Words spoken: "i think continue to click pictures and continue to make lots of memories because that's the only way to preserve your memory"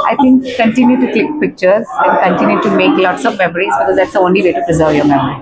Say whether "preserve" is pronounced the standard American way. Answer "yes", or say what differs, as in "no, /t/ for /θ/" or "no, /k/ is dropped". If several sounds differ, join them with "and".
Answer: yes